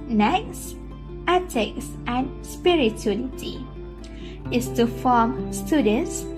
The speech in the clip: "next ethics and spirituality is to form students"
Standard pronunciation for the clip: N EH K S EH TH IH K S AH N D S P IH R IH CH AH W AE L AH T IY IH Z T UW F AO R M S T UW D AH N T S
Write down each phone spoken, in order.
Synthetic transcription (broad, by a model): N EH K S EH T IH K S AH N S P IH R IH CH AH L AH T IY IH S T UW F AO M S T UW D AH N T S